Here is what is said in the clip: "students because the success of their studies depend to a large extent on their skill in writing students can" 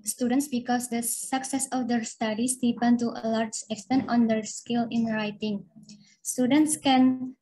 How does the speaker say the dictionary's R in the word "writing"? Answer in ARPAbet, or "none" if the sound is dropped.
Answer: R